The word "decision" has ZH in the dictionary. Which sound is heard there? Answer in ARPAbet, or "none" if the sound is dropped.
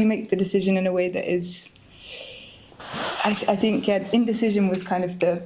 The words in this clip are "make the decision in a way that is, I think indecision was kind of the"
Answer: ZH